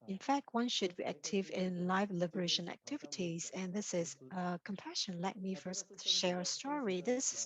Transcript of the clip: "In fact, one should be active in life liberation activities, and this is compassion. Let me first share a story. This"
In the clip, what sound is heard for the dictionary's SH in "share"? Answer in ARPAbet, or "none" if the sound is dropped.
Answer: SH